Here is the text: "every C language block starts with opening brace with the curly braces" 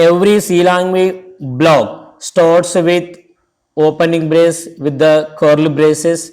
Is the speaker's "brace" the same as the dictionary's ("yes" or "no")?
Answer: yes